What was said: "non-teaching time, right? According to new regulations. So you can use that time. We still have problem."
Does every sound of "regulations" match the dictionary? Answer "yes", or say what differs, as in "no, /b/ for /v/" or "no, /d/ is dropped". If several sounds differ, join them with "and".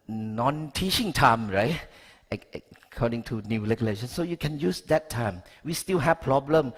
no, /l/ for /ɹ/